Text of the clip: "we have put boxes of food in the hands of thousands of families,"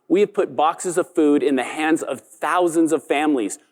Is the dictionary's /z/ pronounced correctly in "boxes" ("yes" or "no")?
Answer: yes